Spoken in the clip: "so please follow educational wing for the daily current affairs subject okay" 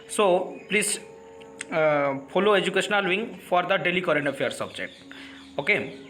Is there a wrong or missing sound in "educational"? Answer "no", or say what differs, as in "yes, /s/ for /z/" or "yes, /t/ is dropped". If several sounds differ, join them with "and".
no